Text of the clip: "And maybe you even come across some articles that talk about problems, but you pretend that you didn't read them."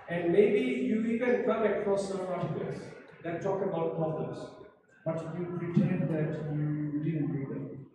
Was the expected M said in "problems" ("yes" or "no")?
no